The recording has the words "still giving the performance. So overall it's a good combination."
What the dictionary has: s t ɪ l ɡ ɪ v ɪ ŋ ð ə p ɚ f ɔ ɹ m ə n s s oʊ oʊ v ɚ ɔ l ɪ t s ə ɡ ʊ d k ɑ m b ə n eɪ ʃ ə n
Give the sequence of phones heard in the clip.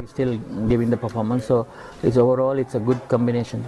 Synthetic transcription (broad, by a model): s t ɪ l ɡ ɪ v ɪ ŋ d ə p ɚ f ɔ ɹ m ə n s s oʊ oʊ v ɚ ɔ l ɪ t s ə ɡ ʊ d k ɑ m b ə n eɪ ʃ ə n